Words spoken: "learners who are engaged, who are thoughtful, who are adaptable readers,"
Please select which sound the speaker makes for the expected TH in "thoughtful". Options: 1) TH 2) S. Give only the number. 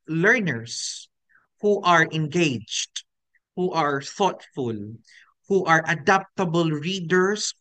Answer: 1